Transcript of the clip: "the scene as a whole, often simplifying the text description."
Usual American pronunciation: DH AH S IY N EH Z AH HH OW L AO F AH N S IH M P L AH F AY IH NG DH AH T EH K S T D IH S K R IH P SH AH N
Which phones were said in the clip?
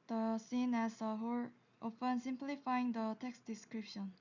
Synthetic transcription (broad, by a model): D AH S IY N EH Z AH HH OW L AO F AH N S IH M P L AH F AY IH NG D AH T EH K S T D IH S K R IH P SH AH N